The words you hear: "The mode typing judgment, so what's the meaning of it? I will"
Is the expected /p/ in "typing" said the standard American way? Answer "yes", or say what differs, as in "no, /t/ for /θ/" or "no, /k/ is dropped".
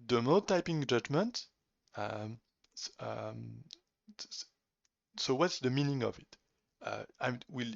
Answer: yes